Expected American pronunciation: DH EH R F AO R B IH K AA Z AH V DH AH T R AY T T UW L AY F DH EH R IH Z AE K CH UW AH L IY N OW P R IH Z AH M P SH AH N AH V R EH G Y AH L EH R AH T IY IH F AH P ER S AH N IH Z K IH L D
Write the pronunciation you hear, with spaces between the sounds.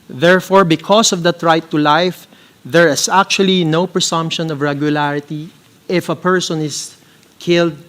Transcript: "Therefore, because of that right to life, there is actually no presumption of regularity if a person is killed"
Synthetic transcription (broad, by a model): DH EH R F AO R B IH K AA S AH V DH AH T R AY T T UW L AY F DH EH R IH S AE K CH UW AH L IY N OW P R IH S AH M P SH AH N AH V R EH G Y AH L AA R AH T IY IH F AH P ER S AH N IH S K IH L D